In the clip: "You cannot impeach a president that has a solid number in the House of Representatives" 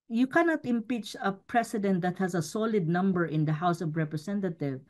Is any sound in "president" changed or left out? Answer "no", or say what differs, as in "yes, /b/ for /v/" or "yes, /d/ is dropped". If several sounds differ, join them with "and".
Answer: yes, /s/ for /z/